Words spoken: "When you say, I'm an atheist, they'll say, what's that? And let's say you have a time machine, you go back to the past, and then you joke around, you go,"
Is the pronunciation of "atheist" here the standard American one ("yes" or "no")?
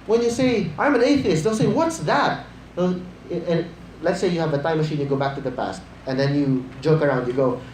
yes